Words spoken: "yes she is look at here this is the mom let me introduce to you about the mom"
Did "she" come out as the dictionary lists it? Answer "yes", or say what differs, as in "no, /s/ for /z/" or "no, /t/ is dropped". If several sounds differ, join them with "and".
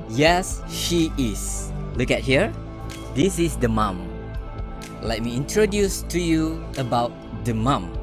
yes